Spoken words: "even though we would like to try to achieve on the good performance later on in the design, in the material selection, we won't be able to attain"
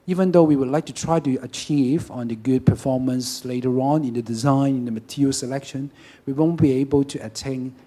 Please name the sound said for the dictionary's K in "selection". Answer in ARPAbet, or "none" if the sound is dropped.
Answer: K